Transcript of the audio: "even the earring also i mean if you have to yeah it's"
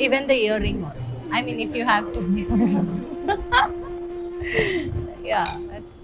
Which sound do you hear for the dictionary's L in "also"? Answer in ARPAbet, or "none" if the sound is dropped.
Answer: N